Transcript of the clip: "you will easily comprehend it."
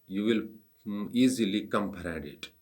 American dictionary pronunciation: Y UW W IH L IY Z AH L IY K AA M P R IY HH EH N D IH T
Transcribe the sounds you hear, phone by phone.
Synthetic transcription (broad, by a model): Y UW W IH L IY Z AH L IY K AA M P IY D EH D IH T